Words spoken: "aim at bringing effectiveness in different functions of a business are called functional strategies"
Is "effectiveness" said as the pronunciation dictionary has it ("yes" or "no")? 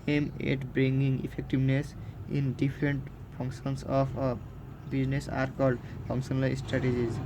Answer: no